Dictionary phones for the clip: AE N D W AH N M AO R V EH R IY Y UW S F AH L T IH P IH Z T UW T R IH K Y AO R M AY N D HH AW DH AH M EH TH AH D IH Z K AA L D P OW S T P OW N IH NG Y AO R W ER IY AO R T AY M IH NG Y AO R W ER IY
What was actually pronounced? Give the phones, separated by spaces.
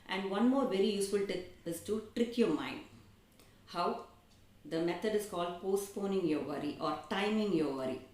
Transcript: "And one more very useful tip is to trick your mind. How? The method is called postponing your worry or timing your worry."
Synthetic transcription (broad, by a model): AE N D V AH N M AO R V EH R IY Y UW S F AH L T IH IH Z T UW T R IH K Y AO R M AY N D HH AW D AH M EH T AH D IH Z K AA L D P OW S T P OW N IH NG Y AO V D IY AO R T AY M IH NG Y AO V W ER IY